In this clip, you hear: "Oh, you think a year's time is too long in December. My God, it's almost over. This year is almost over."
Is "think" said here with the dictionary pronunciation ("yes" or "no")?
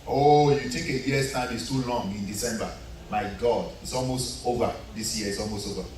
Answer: no